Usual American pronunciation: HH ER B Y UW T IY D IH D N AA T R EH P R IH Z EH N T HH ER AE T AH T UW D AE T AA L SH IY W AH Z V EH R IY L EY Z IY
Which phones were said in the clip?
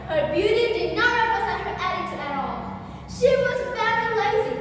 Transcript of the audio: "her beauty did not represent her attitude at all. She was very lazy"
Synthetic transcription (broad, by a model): HH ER B Y UW T IY D IH D N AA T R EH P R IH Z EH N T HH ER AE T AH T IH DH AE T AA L SH IY W AH Z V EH IY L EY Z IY